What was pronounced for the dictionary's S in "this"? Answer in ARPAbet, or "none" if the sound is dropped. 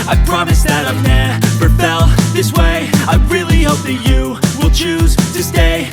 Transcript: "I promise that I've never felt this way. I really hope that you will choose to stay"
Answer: S